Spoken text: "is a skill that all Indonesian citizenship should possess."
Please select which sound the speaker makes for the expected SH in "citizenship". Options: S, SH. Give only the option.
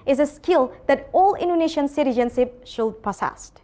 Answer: S